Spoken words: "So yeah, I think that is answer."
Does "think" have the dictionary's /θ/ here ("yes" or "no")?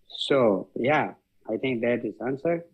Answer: no